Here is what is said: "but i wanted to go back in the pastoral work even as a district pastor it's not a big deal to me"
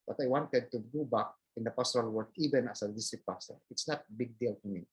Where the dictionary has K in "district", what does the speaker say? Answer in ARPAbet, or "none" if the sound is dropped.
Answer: none